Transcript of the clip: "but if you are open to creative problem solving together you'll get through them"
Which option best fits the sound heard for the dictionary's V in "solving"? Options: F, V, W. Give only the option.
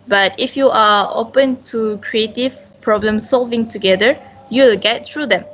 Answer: V